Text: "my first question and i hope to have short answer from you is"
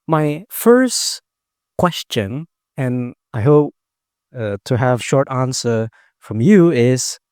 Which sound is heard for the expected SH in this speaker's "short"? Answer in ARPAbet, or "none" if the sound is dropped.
SH